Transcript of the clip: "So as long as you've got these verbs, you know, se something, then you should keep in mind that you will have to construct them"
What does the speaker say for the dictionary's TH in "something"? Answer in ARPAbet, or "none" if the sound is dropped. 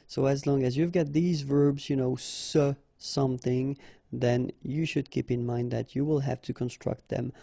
TH